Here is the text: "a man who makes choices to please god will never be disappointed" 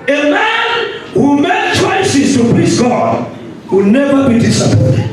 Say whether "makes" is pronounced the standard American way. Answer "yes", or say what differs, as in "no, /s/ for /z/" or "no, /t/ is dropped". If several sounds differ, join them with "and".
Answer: no, /s/ is dropped